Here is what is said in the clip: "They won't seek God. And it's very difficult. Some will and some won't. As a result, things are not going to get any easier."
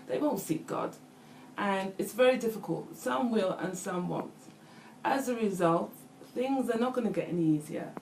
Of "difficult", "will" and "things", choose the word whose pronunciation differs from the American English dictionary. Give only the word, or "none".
none